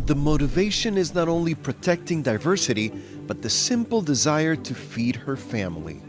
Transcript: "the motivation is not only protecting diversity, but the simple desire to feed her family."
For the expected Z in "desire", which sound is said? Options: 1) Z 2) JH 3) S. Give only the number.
1